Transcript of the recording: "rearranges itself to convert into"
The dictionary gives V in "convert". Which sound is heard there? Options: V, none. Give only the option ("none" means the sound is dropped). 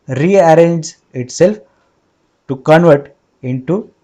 V